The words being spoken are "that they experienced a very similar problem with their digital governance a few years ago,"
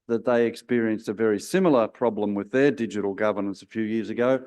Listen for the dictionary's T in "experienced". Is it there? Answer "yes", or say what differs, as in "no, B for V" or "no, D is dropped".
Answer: yes